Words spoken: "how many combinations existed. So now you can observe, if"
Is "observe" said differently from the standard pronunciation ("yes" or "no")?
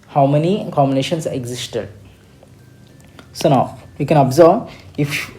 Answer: yes